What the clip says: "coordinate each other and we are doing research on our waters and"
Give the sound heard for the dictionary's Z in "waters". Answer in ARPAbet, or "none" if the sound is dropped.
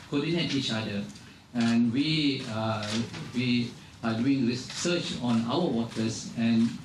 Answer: S